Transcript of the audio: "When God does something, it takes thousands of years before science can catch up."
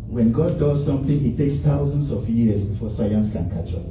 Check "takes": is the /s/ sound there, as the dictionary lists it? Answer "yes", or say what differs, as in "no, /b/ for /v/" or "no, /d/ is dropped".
yes